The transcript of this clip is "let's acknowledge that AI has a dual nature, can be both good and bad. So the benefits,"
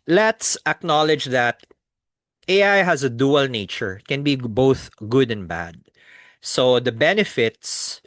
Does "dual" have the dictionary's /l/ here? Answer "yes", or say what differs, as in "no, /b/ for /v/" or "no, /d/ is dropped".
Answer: yes